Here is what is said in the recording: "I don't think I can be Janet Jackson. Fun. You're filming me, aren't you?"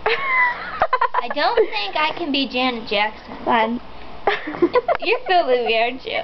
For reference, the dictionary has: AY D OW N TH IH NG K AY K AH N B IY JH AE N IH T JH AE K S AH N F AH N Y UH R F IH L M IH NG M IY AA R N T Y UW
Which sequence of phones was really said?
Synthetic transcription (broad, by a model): AY D OW N TH IH NG K AY K AH N B IY JH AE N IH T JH AE K S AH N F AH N Y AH R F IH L IH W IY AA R N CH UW